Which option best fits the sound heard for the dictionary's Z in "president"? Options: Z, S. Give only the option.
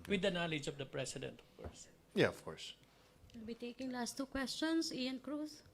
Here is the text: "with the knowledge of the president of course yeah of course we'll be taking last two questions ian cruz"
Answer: S